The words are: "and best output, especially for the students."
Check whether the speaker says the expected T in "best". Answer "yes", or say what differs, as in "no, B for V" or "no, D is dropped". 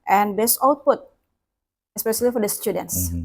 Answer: no, T is dropped